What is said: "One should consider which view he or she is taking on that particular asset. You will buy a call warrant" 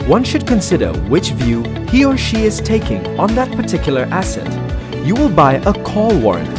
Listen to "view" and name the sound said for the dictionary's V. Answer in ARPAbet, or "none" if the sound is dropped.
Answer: V